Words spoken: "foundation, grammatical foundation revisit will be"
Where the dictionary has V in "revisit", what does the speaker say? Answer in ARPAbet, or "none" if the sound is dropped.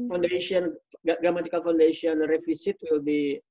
F